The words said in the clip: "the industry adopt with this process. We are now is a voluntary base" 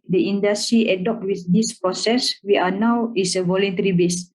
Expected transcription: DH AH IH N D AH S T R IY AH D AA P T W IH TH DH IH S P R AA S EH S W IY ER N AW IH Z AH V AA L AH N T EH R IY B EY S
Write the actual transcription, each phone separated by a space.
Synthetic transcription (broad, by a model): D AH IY N D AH S T R IY AH D AA P T W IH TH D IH S P R AA S EH S W IY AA N AW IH S AH V AA L AH N T EH R IY B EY S